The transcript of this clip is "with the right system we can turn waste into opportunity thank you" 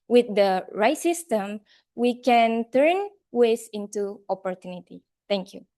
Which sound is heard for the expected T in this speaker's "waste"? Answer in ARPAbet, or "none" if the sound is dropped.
none